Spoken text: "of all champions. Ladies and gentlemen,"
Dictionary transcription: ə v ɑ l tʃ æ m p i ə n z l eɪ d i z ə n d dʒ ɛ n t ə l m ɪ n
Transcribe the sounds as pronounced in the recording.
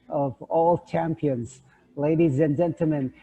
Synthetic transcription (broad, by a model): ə v ɑ l tʃ æ m p i ə n z l eɪ d i z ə n dʒ ɛ n t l m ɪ n